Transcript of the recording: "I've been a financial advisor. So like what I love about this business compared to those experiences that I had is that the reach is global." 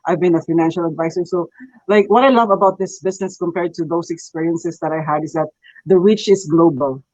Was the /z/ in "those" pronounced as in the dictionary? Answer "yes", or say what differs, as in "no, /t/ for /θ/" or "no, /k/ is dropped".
no, /s/ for /z/